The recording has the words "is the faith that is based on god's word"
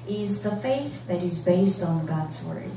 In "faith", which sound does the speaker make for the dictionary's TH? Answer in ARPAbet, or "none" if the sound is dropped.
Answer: TH